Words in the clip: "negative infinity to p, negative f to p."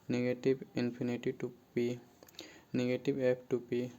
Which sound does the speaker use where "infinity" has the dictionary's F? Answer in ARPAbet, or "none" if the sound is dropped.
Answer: P